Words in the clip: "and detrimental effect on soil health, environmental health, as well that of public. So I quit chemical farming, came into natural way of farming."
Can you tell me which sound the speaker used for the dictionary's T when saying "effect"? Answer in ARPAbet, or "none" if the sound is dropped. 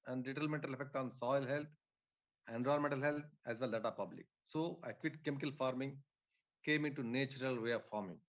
T